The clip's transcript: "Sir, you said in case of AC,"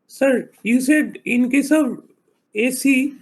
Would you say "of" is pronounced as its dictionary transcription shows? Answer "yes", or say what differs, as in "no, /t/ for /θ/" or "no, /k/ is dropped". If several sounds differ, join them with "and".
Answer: no, /b/ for /v/